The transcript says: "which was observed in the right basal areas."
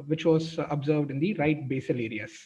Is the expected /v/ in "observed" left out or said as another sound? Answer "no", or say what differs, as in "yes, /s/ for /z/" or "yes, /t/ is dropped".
no